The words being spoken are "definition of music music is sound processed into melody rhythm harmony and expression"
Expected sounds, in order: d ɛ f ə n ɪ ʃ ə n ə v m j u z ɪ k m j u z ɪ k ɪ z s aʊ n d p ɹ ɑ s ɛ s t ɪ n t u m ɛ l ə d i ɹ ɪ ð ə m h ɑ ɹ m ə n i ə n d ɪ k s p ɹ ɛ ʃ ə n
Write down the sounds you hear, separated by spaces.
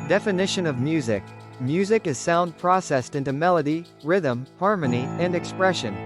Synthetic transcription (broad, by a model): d ɛ f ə n ɪ ʃ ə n ə v m j u z ɪ k m j u z ɪ k ɪ z s aʊ n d p ɹ ɑ s ɛ s t ɪ n t u m ɛ l ə d i ɹ ɪ ð ə m h ɑ ɹ m ə n i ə n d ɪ k s p ɹ ɛ ʃ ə n